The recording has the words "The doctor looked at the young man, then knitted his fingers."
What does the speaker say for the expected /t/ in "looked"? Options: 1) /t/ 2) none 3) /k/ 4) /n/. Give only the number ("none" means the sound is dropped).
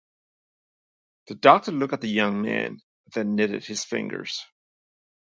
2